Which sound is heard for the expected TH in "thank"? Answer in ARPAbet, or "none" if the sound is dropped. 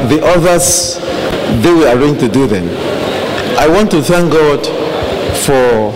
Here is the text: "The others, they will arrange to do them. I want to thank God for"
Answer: TH